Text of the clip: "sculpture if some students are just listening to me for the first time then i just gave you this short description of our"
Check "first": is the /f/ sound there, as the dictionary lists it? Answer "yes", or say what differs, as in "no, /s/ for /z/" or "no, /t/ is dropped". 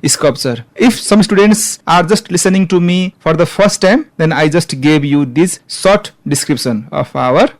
no, /p/ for /f/